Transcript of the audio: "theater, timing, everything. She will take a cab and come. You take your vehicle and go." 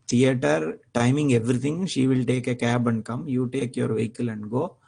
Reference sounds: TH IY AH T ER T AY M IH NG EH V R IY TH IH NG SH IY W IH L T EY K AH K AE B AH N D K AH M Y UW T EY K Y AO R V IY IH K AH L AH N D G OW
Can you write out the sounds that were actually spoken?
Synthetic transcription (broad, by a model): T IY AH T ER T AY M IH NG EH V R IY T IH NG SH IY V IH L T EY K AH K AE B AH N D K AH M Y UW T EY K Y AO R V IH K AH L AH N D G OW